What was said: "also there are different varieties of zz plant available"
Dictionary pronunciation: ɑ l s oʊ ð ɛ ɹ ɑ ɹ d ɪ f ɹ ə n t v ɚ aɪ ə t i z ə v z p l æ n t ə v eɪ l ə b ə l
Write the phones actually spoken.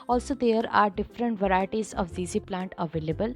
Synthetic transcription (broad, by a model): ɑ l s oʊ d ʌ ɹ ɑ ɹ d ɪ f ɹ ə n t v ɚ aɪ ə t i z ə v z p l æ n t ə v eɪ l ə b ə l